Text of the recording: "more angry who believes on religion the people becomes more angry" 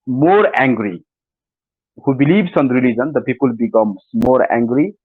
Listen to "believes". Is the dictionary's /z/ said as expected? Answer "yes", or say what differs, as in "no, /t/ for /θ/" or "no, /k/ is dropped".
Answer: no, /s/ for /z/